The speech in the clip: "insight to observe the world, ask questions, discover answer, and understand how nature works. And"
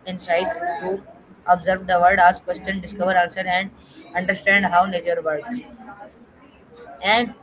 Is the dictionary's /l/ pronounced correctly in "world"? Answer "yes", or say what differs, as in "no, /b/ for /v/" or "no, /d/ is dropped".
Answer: no, /l/ is dropped